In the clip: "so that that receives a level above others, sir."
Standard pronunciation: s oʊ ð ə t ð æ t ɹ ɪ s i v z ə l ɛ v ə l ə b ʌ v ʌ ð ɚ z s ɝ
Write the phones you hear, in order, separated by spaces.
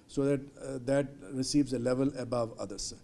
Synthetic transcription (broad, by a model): s oʊ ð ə t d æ t ɹ ɪ s i v z ə l ɛ v ə l ə b ʌ v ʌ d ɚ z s